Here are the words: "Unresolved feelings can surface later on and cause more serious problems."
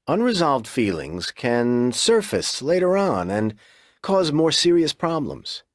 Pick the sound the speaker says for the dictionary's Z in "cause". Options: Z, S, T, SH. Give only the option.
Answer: Z